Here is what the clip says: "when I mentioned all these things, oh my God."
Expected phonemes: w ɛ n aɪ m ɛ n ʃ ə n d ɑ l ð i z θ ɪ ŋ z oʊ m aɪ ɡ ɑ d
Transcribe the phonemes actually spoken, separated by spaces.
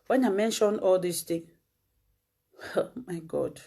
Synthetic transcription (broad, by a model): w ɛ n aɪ m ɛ n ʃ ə n ɑ l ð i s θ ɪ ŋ oʊ m aɪ ɡ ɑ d